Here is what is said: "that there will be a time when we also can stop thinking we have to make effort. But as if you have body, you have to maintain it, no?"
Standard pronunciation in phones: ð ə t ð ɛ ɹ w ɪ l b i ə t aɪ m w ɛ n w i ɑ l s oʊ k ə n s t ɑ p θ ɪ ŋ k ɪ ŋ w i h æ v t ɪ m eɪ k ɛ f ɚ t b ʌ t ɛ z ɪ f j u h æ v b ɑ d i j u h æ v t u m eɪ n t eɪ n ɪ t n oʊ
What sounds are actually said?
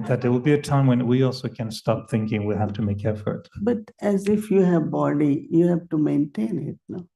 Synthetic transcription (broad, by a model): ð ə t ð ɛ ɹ w ɪ l b i ə t aɪ m w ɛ n w i ɑ l s oʊ k ə n s t ɑ p θ ɪ ŋ k ɪ ŋ w i h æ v t ɪ m eɪ k ɛ f ɚ t b ʌ t ɛ z ɪ f j u h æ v b ɑ d i j u h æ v t u m eɪ n t eɪ n ɪ t n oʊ